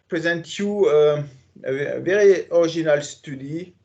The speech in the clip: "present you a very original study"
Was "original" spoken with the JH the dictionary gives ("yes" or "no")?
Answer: no